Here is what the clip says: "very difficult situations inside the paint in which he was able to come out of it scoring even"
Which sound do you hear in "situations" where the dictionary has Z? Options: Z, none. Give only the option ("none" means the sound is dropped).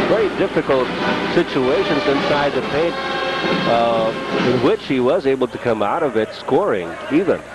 Z